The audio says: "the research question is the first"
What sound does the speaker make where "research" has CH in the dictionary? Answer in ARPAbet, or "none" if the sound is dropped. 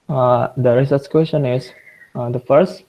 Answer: S